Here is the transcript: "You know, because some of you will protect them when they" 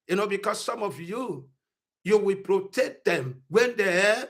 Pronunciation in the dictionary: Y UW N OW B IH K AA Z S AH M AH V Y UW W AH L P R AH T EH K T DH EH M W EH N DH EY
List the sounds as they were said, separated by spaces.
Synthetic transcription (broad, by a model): Y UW N OW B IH K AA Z S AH M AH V Y UW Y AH W P R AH T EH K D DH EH M W EH N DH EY